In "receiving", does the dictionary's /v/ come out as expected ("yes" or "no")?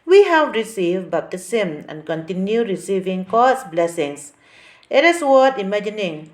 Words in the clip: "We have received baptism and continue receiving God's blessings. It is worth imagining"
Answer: yes